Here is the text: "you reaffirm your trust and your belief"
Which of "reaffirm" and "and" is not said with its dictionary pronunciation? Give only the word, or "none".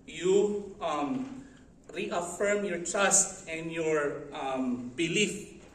none